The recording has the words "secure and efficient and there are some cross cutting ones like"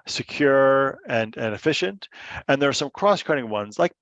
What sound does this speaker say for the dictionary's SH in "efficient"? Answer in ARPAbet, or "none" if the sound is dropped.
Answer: SH